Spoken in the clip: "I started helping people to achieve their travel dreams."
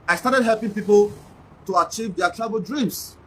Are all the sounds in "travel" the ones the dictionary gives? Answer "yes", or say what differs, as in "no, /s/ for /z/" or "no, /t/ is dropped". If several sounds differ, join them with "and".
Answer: no, /b/ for /v/